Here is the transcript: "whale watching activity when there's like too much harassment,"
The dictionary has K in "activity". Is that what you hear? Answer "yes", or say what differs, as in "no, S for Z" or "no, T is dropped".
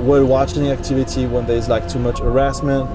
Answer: yes